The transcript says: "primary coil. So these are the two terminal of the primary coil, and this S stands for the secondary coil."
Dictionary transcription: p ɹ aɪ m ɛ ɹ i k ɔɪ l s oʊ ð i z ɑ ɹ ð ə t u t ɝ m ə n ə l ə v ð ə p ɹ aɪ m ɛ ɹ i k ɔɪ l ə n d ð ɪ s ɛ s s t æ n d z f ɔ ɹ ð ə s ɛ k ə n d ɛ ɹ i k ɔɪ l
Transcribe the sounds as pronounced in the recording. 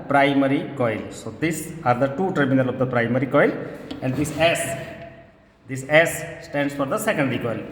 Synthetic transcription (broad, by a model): p ɹ aɪ m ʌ ɹ i k ɔɪ l s oʊ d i s ɑ ɹ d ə t u t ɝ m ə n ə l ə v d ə p ɹ aɪ m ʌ ɹ i k ɔɪ l ə n d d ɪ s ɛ s s t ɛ n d s f ɔ ɹ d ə s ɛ k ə n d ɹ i k ɔɪ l